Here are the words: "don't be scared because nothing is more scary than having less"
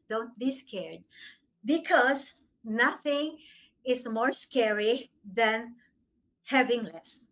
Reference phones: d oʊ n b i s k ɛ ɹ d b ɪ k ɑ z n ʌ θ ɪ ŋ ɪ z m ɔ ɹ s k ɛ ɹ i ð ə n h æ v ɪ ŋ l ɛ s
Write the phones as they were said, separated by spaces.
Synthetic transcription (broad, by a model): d oʊ n b i s k ɛ ɹ d b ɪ k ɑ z n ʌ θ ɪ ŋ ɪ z m ɔ ɹ s k ɛ ɹ i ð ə n h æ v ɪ ŋ l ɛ s